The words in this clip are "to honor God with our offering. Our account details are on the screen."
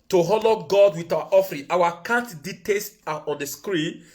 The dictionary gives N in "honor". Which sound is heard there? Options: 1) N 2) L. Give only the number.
2